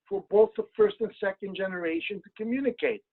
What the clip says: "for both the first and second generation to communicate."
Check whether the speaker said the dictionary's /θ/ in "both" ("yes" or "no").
yes